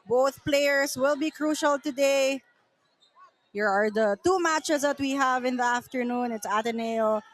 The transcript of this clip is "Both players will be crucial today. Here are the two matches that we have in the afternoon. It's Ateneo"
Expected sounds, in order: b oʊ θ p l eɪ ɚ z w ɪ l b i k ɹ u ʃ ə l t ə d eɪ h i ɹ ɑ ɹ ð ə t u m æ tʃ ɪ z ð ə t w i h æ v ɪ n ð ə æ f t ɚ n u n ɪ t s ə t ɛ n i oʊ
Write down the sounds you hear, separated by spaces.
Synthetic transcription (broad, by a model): b oʊ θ p l eɪ ɚ s w ɪ l b i k ɹ u ʃ ə l t ə d eɪ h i ɹ ɑ ɹ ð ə t u m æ tʃ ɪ s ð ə t w i h æ v ɪ n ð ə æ f t ɚ n u n ɪ t s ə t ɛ n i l